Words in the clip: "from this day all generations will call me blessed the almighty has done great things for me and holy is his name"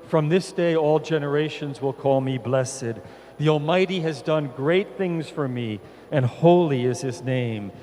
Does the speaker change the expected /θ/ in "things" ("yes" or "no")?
no